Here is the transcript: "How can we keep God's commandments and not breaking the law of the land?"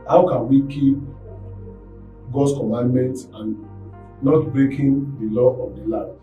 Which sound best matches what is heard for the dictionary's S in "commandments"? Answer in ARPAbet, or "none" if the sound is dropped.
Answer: none